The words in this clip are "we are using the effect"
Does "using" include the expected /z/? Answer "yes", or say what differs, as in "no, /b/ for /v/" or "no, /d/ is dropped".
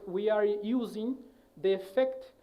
yes